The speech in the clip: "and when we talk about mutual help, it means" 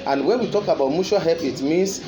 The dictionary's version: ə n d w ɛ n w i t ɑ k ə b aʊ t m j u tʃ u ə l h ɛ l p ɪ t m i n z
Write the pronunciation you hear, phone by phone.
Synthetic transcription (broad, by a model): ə n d w ɛ n w i t ɑ k ə b aʊ t m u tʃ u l h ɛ p ɪ t m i n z